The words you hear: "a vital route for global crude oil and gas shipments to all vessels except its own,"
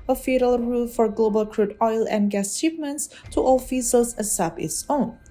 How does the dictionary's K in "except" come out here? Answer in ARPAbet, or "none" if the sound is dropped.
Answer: none